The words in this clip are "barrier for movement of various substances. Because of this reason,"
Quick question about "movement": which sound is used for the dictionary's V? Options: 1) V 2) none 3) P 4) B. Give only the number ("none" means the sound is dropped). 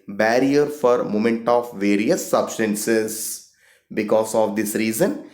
2